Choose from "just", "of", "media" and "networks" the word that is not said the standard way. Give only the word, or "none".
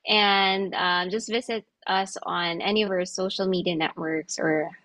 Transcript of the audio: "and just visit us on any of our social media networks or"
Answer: none